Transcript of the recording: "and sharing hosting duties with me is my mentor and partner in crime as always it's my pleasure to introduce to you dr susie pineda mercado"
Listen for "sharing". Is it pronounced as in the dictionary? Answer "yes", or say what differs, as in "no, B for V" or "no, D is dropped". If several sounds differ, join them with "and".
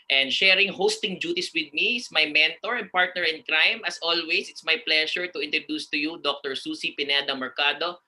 yes